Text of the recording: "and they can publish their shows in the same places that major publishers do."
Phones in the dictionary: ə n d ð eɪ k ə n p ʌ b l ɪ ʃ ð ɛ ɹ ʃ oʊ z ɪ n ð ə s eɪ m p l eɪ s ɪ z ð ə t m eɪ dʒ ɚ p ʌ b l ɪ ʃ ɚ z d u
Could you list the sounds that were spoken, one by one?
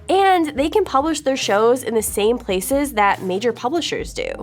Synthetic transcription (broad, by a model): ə n ð eɪ k ə n p ʌ b l ɪ ʃ ð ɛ ɹ ʃ oʊ z ɪ n ð ə s eɪ m p l eɪ s ɪ z ð ə t m eɪ dʒ ɚ p ʌ b l ɪ ʃ ɚ z d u